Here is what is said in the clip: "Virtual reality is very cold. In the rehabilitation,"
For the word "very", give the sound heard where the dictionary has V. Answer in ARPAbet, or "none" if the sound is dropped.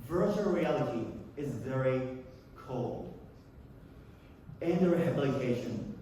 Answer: V